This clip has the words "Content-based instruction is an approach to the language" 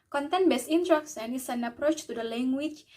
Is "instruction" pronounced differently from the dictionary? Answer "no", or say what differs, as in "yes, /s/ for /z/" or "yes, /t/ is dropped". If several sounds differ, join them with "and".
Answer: yes, /s/ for /ʃ/